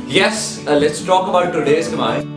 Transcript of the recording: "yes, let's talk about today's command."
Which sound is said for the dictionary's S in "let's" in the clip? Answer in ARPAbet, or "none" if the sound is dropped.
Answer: S